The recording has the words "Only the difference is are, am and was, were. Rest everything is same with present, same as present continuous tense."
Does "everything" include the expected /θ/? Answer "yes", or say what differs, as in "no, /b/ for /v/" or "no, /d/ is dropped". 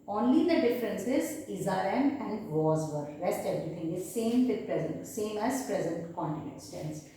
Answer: no, /t/ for /θ/